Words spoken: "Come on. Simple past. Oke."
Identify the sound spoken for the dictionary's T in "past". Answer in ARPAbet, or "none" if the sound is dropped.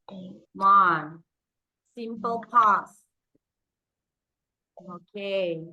none